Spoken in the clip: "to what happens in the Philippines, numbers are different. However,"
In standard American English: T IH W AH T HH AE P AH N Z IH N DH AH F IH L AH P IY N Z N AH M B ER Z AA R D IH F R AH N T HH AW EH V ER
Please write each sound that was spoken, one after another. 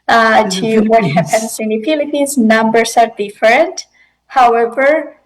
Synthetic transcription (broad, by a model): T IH W AH T HH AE P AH N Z IH N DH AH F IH L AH P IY N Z N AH M B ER S AA R D IH F R AH N T HH AW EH V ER